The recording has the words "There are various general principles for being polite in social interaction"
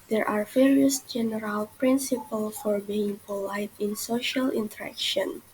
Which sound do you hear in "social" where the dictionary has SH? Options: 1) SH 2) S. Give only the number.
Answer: 1